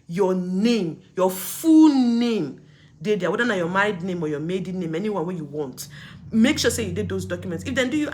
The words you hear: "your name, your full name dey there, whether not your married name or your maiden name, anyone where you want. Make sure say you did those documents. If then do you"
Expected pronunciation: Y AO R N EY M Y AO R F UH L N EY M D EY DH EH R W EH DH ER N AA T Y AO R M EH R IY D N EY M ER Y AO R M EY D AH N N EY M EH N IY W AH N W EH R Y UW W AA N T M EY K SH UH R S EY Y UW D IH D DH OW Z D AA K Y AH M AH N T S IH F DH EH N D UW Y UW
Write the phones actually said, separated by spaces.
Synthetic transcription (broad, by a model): Y AO N EY M Y AO F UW L N EY M D EY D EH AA W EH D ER N AA Y AO M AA IY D N EY M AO Y AO M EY D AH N N EY M EH N IY W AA N W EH Y UW W AA N T M EY K SH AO S EY Y UW D IH D OW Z D AA K Y AH M AH N T S IH F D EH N D UW Y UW